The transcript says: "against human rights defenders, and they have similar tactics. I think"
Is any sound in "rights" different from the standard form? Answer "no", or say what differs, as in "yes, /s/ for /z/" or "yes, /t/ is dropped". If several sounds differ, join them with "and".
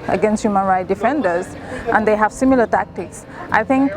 yes, /s/ is dropped